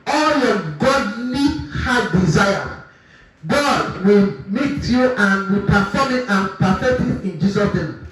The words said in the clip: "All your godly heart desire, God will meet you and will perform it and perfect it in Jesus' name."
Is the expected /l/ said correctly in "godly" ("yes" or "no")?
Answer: no